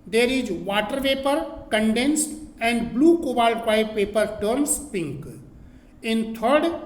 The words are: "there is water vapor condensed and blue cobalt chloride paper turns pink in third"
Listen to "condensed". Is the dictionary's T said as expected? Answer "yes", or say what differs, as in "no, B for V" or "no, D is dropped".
yes